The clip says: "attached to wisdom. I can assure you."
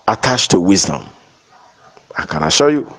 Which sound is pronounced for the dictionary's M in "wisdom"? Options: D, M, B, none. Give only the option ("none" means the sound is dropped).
M